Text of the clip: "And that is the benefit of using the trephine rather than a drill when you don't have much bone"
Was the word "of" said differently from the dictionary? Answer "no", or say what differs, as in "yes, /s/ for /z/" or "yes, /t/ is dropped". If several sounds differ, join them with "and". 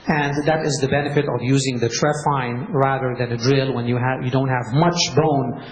no